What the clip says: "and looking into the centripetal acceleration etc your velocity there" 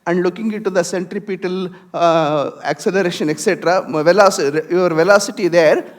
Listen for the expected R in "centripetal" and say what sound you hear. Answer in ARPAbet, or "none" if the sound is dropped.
R